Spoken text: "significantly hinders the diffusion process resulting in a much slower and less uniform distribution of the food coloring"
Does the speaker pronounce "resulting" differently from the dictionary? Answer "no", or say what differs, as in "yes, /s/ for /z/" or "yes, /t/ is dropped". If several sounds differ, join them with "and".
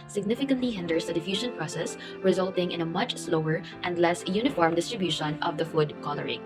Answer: no